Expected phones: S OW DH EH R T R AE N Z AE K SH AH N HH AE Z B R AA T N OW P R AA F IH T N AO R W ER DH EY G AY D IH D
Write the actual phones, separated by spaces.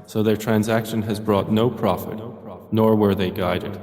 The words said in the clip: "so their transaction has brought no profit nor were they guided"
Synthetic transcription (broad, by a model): S OW DH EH R T R AE N Z AE K SH AH N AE Z B R AA T N OW P R AA F IH T N AO R W ER DH EY G AY D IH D